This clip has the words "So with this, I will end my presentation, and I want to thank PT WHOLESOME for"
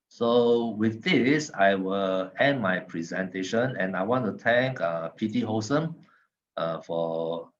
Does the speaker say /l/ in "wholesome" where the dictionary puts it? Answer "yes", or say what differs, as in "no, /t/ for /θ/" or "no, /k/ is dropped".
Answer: no, /l/ is dropped